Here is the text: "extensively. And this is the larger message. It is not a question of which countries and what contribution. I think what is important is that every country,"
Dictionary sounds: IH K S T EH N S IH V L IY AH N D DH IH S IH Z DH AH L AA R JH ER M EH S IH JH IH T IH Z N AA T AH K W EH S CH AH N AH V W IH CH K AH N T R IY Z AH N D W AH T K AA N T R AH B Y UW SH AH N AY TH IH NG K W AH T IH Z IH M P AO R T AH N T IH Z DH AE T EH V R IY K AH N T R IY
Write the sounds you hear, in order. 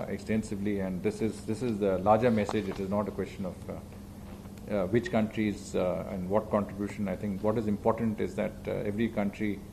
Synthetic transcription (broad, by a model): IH K S T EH N S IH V L IY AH N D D IH S IH Z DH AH L AA R JH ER M EH S IH JH IH T IH Z N AA T AH K W EH S CH AH N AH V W IH CH K AH N T R IY Z AH N D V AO T K AA N T R AH B Y UW SH AH N AY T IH NG K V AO T IH Z IH M P AO R T AH N T IH Z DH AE T EH V R IY K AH N T R IY